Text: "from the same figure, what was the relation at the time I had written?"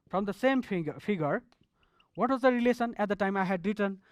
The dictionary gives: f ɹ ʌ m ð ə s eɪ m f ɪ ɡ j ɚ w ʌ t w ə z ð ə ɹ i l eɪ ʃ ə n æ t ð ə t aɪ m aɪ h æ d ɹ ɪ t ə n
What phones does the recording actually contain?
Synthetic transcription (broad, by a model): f ɹ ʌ m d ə s eɪ m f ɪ ɡ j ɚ w ʌ t w ə z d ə ɹ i l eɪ s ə n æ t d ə t aɪ m aɪ h æ d ɹ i t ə n